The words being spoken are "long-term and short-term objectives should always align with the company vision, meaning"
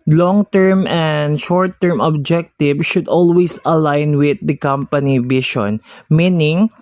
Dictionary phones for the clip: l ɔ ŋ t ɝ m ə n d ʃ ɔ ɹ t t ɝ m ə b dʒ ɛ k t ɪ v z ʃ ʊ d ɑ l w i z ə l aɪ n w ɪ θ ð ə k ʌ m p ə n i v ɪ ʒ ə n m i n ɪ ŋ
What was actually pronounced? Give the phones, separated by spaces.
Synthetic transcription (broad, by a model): l ɔ ŋ t ɝ m ə n d ʃ ɔ ɹ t t ɝ m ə b dʒ ɛ k t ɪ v ʃ ʊ d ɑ l w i s ə l aɪ n w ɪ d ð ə k ʌ m p ə n i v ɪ ʃ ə n m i n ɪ ŋ